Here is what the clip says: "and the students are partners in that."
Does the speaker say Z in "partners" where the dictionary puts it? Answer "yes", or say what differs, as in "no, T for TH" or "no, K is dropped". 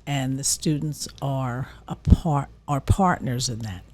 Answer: yes